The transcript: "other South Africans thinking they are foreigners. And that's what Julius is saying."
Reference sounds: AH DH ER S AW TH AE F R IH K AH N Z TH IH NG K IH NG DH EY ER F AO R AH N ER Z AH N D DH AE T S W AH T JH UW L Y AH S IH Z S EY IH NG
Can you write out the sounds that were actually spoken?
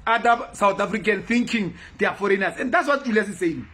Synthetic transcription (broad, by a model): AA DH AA S AW T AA F R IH K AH N TH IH NG K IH NG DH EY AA F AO R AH N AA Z AH N D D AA T S W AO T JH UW L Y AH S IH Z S EY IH NG